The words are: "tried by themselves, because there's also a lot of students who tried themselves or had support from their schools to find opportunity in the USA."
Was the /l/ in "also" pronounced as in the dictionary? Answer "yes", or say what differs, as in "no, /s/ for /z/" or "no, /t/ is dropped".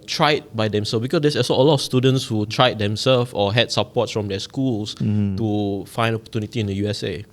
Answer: no, /l/ is dropped